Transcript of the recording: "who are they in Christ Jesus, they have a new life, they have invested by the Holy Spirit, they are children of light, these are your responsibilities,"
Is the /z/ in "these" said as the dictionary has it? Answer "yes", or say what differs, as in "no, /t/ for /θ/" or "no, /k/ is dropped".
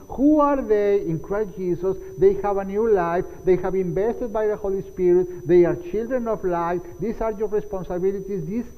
no, /s/ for /z/